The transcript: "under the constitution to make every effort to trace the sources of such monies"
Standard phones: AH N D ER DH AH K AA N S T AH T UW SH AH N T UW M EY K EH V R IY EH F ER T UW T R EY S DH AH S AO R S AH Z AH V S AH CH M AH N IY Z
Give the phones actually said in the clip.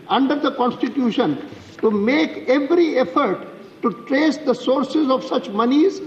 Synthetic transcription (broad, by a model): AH N D ER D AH K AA N S T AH T UW SH AH N T UW M EY K EH V R IY EH F ER T UW T R EY S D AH S AO R S AH Z AH V S AH CH M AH N IY Z